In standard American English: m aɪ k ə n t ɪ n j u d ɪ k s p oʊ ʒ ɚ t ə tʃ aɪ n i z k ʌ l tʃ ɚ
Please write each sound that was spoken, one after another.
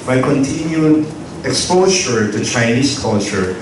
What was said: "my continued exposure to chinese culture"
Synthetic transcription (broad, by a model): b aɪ k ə n t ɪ n j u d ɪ k s p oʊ s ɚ t ə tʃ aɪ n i s k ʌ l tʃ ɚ